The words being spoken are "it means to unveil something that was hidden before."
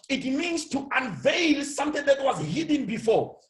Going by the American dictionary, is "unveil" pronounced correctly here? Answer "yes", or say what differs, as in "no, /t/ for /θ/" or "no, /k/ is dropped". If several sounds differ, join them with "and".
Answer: yes